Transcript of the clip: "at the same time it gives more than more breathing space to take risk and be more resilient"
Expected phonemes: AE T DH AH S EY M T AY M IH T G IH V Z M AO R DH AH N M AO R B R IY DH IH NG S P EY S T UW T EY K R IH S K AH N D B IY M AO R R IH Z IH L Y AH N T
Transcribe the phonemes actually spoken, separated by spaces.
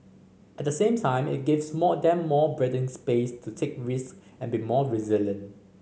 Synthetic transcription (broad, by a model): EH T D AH S EY M T AY M IH T G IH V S M AO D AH N M AO B R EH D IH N S P EY S T UW T EY K R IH S K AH N B IY M AO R R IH Z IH L Y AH N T